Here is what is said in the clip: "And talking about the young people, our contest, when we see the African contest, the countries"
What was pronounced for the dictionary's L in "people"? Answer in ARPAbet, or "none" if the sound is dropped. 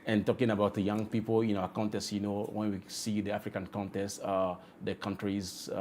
N